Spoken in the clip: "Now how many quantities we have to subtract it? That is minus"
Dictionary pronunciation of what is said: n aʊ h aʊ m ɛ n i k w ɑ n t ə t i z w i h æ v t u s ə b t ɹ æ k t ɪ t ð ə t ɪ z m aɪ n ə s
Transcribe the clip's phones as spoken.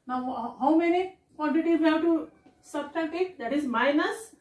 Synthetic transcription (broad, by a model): n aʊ h aʊ m ɛ n i k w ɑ n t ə t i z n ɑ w t u s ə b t ɑ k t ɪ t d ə t ɪ z m aɪ n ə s